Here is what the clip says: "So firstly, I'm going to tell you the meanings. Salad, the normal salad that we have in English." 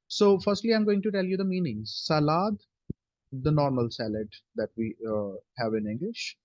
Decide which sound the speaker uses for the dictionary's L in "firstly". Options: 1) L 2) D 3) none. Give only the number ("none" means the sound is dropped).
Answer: 1